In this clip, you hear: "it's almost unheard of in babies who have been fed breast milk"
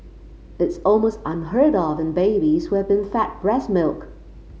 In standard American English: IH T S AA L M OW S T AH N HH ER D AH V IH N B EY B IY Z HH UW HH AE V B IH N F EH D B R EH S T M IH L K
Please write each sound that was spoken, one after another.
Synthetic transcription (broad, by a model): IH T S AA L M OW S T AH N HH ER D AH V IH N B EY B IY Z HH UW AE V B IH N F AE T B R EH S M IH L K